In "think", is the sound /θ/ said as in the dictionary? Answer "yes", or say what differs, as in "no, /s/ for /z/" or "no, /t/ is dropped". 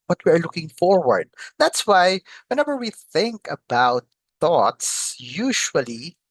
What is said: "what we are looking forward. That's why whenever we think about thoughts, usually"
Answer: yes